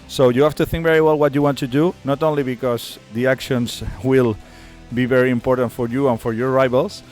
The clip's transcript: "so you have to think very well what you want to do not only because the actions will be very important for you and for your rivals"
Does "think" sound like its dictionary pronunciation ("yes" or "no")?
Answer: yes